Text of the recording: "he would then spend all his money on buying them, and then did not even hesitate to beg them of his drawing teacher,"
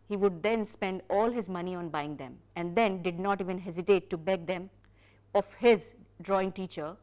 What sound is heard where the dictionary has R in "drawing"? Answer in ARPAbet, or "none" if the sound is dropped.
R